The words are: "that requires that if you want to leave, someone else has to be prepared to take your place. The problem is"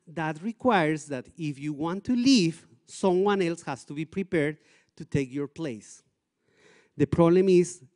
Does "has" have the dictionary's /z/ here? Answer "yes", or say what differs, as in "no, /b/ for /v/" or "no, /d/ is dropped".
no, /s/ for /z/